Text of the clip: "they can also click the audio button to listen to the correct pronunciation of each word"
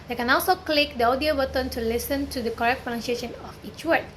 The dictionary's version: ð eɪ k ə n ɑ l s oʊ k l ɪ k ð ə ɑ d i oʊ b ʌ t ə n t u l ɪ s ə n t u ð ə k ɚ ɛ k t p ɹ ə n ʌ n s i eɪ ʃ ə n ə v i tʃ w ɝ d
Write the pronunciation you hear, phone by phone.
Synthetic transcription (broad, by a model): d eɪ k ə n ɑ l s oʊ k l ɪ k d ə ɑ d i oʊ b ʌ t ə n t u l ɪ s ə n t u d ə k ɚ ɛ k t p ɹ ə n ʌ n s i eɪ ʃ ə n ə f i tʃ w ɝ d